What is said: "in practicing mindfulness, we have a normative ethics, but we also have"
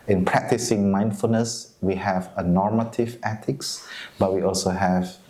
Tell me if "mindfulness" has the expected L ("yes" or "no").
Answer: yes